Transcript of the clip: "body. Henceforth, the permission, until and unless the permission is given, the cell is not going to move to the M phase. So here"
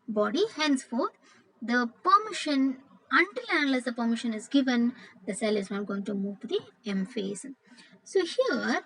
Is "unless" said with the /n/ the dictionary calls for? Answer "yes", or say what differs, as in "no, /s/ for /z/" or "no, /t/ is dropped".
no, /n/ is dropped